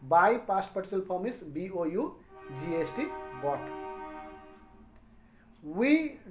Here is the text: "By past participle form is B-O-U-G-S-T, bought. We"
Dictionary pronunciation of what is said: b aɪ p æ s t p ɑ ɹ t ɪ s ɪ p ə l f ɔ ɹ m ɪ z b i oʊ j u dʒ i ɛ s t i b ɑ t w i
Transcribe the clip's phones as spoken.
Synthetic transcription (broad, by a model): b aɪ p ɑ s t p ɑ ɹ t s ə l p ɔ m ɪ s b i oʊ j u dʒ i ɛ s t i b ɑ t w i